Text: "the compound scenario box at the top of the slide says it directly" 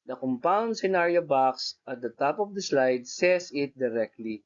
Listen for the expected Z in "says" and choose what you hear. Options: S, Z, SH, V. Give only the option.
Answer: S